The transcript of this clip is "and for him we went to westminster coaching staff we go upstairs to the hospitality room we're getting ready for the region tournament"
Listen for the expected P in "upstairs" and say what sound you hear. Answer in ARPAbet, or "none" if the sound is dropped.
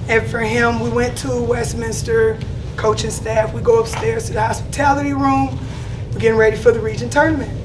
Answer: P